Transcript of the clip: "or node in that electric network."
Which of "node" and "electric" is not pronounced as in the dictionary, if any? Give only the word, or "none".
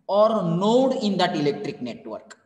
none